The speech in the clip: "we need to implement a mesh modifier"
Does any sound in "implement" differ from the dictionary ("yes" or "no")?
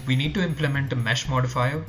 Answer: no